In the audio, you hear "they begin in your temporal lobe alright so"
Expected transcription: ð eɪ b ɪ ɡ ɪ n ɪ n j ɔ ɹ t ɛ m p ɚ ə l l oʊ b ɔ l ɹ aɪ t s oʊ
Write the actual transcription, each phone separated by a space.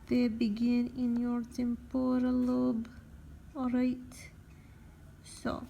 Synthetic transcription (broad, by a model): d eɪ b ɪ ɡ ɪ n ɪ n j ɔ ɹ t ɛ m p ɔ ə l l oʊ b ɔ ɹ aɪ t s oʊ